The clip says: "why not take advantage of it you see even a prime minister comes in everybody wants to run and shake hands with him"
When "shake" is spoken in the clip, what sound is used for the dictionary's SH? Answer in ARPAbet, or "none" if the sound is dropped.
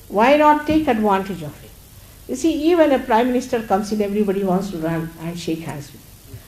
SH